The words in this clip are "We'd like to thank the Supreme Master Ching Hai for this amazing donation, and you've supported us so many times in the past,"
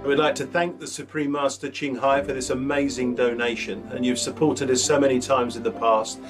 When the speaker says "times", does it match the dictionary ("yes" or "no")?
yes